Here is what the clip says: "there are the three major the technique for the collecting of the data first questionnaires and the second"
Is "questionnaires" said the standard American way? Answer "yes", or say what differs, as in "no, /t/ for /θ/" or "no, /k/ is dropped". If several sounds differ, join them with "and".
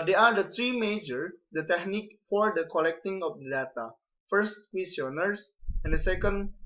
no, /tʃ/ is dropped and /s/ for /z/